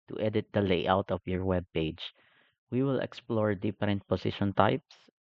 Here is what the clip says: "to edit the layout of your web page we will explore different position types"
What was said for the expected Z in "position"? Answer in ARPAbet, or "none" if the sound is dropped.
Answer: S